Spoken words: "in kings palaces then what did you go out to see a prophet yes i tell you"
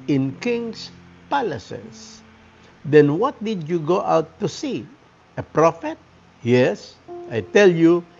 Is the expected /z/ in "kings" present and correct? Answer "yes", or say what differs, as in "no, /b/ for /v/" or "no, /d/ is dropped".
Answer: no, /s/ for /z/